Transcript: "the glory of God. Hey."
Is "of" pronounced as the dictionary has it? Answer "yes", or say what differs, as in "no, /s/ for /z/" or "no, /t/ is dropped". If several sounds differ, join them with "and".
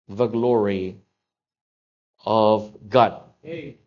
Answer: yes